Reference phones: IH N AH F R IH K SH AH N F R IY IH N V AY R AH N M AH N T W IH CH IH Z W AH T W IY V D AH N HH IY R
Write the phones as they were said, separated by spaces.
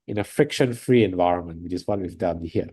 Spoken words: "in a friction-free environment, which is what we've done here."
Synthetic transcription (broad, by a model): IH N AH F R IH K SH AH N F R IY IH N V AY R AH N M AH N T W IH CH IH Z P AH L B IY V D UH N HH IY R